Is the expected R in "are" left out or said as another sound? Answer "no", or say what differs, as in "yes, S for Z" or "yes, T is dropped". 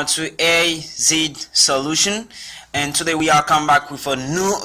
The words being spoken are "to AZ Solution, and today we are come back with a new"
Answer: yes, L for R